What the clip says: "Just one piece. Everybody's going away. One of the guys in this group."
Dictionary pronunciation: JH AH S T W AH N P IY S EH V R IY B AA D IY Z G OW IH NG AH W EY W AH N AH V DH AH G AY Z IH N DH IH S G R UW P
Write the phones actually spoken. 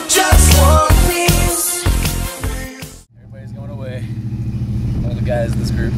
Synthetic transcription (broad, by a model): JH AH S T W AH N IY EH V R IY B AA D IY Z G OW IH NG AH W EY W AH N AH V DH AH G AY Z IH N DH IH S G R UW P